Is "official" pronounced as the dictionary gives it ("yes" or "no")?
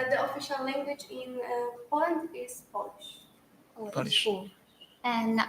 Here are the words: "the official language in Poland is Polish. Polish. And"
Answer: yes